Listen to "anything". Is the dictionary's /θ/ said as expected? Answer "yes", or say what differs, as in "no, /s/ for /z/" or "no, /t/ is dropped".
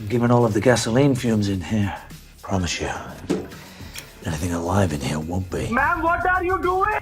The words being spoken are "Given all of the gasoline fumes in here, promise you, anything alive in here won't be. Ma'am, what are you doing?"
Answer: yes